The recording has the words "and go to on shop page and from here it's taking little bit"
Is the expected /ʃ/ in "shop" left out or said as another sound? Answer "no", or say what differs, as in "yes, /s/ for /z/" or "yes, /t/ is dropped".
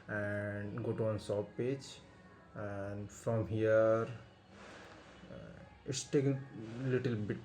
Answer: yes, /s/ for /ʃ/